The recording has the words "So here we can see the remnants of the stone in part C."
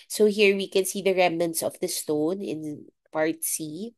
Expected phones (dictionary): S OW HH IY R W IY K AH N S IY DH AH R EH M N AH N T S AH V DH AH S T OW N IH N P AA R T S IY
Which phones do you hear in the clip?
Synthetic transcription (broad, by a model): S OW HH IY R W IY K AH N S IY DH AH R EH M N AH N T S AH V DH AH S T OW N IH N P AA R T S IY